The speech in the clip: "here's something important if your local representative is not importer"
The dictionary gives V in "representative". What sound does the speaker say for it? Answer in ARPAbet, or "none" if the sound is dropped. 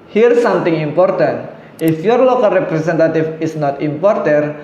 F